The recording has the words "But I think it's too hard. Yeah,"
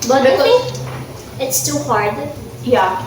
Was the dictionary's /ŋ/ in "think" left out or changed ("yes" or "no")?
yes